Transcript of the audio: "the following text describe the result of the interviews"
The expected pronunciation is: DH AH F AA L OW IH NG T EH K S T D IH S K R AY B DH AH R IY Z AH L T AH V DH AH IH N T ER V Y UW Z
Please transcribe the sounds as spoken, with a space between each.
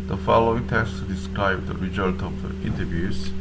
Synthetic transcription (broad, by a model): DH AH F AA L OW IH NG T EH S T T D IH S K R AY B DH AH R IY Z AH L T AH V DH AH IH N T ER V Y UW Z